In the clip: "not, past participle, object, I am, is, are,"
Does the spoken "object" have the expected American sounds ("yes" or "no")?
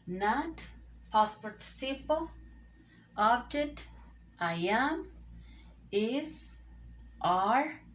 no